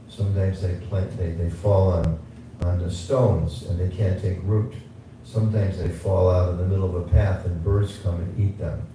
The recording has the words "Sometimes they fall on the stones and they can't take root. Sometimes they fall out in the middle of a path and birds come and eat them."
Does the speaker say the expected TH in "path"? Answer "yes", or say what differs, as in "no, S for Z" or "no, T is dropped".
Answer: yes